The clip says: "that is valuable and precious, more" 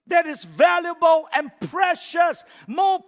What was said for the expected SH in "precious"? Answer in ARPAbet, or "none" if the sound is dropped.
SH